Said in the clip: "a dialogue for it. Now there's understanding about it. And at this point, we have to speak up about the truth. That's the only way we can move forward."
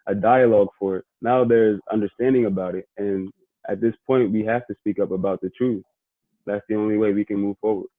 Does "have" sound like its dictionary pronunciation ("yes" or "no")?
no